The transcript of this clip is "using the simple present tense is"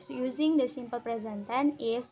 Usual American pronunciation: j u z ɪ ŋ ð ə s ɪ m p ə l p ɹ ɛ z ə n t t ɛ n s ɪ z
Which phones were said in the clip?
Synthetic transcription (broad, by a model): j u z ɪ ŋ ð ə s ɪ m p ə l p ɹ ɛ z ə n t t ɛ n ɪ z